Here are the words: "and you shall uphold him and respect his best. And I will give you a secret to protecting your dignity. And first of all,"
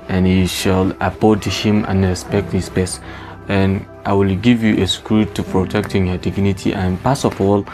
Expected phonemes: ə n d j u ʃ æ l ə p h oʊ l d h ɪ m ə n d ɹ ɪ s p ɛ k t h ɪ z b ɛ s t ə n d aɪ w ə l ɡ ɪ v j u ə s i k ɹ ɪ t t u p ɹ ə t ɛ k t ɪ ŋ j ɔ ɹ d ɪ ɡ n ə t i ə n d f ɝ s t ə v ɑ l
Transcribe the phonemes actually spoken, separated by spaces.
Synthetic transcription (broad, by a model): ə n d j u ʃ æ l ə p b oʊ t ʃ h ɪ m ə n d ɹ ɪ s p ɛ k t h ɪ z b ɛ s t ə n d aɪ w ə l ɡ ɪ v j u ə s k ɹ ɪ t t u p ɹ ə t ɛ k t ɪ ŋ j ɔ d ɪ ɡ n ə t i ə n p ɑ s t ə f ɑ l